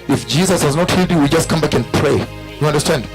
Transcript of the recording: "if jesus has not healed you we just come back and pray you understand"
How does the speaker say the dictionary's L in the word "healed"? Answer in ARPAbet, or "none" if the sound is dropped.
none